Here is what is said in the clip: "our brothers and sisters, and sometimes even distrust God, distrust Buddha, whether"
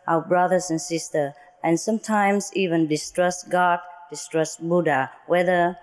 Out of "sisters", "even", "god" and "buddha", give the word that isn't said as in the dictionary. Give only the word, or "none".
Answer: sisters